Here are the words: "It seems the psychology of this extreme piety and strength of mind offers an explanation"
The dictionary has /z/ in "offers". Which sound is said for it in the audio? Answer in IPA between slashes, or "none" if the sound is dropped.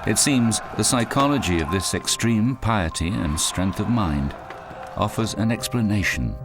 /z/